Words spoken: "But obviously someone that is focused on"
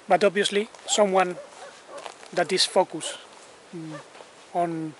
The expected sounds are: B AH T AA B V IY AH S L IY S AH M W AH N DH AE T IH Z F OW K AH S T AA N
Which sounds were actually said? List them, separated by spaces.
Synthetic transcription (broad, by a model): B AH T AA B V IY AH S L IY S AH M W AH N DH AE T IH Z F OW K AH S AA N